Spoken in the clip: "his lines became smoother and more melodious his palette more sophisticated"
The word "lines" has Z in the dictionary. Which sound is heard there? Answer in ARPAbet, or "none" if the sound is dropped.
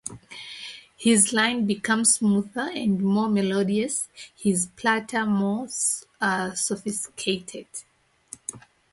none